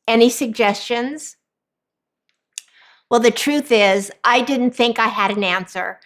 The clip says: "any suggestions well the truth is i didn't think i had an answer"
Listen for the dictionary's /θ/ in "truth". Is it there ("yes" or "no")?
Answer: yes